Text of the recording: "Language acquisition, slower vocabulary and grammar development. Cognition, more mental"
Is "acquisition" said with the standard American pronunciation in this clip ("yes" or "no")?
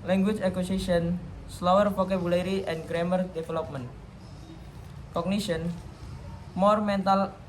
no